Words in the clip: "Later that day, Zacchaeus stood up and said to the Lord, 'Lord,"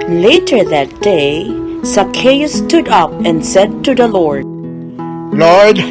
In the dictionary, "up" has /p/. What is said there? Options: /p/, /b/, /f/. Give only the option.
/p/